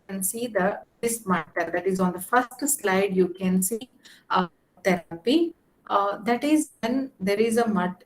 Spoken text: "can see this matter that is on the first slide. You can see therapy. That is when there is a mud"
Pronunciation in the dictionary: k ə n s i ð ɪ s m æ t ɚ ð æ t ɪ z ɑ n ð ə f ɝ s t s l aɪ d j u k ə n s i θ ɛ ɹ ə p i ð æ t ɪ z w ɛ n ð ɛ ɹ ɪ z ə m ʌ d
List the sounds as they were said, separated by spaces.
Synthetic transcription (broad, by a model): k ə n s i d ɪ s m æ t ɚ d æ t ɪ z ɑ n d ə f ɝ s t s l aɪ d j u k ə n s i t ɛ ɹ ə p i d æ t ɪ z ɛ n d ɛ ɹ ɪ z ə m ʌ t